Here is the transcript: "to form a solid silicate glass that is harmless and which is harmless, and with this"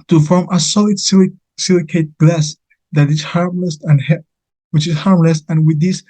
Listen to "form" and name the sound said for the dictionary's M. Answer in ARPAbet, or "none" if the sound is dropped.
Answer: M